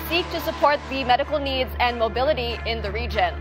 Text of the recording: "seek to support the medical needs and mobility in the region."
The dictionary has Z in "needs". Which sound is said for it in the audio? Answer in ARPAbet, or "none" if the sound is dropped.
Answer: Z